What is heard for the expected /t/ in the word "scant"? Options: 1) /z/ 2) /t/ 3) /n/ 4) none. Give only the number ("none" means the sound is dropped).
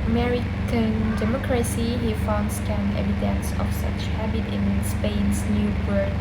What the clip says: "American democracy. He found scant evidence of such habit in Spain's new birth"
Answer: 4